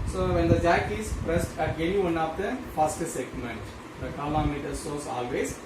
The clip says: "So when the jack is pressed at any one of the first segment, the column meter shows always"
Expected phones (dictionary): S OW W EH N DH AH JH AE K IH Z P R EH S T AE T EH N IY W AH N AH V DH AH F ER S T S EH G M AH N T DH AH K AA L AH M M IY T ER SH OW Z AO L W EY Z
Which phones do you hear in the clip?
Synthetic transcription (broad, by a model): S OW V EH N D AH JH AE K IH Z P R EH S T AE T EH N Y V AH N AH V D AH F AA S T S EH G M AH N T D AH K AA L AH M M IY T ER S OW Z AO L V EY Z